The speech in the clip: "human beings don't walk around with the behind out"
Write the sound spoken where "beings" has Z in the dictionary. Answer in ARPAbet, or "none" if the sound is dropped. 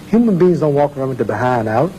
Z